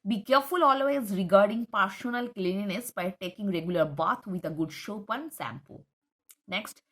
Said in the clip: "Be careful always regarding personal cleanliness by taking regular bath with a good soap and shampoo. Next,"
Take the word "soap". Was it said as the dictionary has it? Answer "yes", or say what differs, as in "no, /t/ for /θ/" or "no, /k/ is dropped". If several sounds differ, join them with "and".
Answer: no, /ʃ/ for /s/